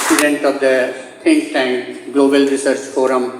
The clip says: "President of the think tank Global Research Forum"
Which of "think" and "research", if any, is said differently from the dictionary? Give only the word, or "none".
think